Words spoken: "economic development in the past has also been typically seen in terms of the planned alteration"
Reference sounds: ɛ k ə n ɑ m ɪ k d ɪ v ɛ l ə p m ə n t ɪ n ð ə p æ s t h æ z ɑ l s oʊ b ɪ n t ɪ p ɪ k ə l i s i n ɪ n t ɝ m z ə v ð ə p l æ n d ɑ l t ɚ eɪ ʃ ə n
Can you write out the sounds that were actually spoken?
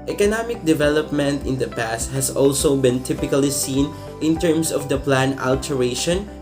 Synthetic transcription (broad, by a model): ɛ k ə n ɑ m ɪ k d ɪ v ɛ l ə p m ə n t ɪ n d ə p æ s t h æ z ɑ l s oʊ b ɪ n t ɪ p ɪ k ə l i s i n ɪ n t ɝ m s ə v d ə p l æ n ɑ l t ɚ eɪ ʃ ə n